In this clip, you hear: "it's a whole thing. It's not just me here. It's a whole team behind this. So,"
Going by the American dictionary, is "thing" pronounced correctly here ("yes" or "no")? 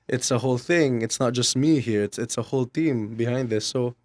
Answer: yes